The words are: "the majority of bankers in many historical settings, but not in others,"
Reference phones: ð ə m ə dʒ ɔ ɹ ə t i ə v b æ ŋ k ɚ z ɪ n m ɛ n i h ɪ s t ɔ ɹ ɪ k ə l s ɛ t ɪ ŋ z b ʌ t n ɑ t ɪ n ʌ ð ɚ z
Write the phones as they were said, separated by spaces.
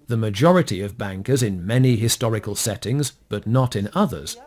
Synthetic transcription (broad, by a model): ð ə m ə dʒ ɔ ɹ ə t i ə v b æ ŋ k ɚ z ɪ n m ɛ n i h ɪ s t ɔ ɹ ɪ k ə l s ɛ t ɪ ŋ z b ʌ t n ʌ t ɪ n ʌ ð ɚ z